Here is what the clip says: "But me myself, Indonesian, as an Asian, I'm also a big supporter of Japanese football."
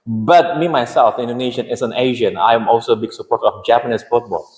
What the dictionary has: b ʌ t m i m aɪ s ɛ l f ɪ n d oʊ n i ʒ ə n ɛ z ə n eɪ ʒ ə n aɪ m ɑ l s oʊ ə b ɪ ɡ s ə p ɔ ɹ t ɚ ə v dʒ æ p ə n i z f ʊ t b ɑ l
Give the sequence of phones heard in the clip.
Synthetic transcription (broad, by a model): b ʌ t m i m aɪ s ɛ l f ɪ n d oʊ n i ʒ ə n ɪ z ə n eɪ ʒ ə n aɪ m ɑ l s oʊ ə b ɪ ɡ s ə p ɔ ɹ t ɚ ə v dʒ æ p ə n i s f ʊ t b ɑ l